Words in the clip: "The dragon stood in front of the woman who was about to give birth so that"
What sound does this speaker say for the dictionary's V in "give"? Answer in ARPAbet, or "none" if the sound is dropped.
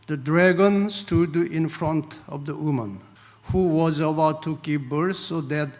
P